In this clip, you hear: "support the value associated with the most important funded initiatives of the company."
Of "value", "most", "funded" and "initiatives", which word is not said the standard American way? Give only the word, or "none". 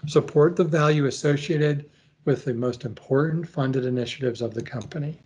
none